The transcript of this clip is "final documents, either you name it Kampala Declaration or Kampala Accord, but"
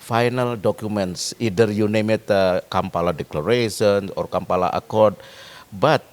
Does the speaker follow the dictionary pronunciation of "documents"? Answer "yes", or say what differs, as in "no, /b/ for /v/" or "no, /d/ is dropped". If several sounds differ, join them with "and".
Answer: yes